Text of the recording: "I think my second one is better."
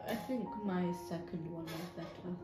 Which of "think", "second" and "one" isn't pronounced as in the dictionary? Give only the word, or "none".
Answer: none